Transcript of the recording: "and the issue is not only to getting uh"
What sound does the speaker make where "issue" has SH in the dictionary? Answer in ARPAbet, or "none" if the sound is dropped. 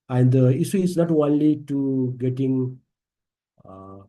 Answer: S